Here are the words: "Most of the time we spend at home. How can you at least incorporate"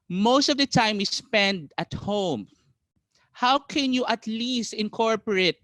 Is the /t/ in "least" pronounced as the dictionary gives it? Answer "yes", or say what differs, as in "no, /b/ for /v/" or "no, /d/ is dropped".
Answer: yes